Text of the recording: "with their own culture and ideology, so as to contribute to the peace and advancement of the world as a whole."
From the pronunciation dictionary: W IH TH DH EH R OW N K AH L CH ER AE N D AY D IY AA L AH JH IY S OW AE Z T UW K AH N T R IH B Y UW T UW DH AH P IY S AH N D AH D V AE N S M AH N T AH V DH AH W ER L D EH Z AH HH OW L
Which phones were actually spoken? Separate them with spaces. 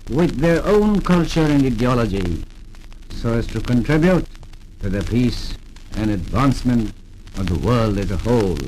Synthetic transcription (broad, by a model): W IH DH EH R OW N K AH L CH ER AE N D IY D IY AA L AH JH IY S OW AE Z T UW K AH N T R IH B Y UW T UW DH AH P IY S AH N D AH D V AE N S M AH N T AH V DH AH W ER L D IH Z AH HH OW L